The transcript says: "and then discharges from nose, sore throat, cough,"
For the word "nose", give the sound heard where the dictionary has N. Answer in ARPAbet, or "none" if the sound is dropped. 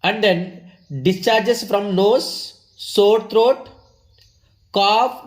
L